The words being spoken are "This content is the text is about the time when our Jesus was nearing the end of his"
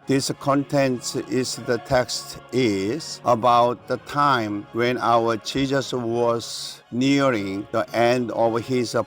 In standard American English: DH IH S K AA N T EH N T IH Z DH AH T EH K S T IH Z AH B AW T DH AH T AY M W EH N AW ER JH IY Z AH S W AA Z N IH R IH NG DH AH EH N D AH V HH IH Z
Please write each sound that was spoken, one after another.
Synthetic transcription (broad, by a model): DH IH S K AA N T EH N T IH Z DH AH T EH K S T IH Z AH B AW T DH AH T AY M W EH N AW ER CH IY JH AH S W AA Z N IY R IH NG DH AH EH N D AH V HH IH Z